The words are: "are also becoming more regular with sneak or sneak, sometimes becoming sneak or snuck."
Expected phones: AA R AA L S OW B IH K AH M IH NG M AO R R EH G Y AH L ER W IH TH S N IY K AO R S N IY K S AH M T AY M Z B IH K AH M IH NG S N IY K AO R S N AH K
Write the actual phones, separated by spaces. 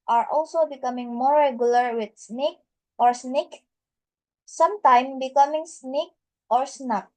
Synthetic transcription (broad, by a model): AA R AA L S OW B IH K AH M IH NG M AO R R EH G Y AH L ER W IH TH S N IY K AO R S N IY K S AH M T AY M B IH K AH M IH NG S N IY K AO R S N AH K